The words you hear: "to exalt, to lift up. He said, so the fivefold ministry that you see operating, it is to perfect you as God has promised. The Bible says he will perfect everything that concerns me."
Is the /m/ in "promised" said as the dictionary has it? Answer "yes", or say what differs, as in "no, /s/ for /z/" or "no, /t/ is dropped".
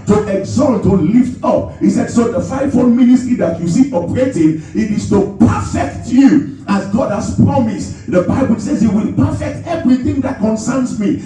yes